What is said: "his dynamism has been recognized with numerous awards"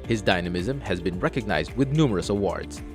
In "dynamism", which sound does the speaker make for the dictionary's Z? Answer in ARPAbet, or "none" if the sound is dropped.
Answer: Z